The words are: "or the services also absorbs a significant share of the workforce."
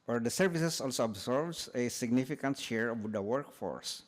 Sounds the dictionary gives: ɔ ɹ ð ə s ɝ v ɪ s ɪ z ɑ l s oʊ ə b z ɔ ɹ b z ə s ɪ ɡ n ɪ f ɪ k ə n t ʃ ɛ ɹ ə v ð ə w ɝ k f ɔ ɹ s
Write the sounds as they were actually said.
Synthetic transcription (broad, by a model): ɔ ɹ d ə s ɝ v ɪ s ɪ s ɑ l s oʊ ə b s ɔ ɹ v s ə s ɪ ɡ n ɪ f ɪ k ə n t ʃ ɛ ɹ ə v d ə w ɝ k f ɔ ɹ s